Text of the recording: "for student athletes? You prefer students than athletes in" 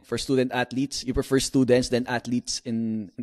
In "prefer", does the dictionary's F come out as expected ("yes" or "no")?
yes